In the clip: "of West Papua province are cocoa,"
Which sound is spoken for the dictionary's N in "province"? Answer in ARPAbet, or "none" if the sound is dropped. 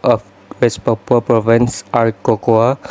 N